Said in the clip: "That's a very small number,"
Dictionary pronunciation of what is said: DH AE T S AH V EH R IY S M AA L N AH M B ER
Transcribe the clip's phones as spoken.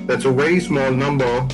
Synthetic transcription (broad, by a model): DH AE T S AH W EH IY S M AA L N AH M B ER